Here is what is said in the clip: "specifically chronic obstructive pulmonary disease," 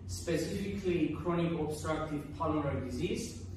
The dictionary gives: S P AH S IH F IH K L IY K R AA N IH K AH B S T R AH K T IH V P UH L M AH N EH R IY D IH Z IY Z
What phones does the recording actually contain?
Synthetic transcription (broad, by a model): S P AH S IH F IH K L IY K R AA N IH K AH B S T R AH K T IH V P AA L AH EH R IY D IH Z IY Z